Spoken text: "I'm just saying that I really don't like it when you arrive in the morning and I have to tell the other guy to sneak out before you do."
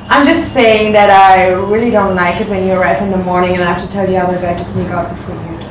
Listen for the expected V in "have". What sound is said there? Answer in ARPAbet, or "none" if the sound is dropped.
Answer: F